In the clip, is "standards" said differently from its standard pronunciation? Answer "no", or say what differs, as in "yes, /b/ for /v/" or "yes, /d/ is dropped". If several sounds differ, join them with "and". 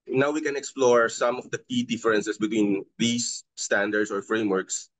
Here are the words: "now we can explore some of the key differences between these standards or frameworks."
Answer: yes, /s/ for /z/